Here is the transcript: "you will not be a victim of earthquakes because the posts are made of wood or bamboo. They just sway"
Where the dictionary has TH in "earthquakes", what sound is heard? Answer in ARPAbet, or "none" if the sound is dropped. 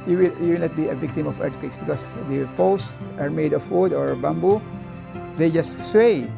T